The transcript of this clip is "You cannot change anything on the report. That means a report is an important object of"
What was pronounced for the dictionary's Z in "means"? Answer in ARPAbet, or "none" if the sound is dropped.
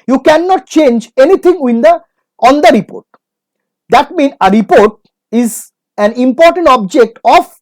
none